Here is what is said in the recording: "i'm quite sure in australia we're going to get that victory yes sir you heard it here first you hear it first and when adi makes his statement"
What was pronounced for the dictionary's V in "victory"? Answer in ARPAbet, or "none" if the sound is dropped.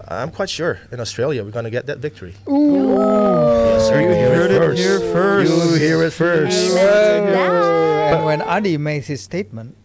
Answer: V